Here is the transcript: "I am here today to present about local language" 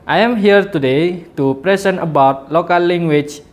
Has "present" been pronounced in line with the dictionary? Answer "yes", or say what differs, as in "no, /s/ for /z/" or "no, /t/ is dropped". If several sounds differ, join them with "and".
no, /s/ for /z/